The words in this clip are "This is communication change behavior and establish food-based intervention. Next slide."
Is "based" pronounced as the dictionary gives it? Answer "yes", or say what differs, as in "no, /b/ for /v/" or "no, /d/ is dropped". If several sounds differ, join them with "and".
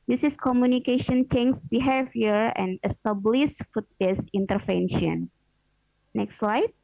no, /t/ is dropped